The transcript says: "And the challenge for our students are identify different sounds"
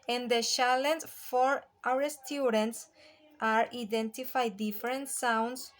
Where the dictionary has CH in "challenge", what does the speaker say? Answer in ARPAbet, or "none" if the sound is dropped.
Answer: SH